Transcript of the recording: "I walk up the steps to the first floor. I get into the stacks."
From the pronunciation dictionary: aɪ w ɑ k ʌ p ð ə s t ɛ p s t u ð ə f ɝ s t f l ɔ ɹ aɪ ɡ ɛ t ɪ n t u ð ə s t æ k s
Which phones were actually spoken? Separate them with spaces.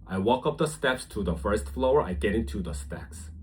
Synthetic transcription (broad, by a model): aɪ w ɑ k ʌ p ð ə s t ɛ p s t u ð ə f ɝ s t f l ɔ ɹ aɪ ɡ ɛ t ɪ n t u ð ə s t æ k s